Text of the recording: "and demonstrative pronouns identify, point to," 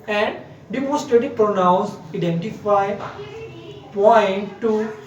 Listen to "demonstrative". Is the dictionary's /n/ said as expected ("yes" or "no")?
no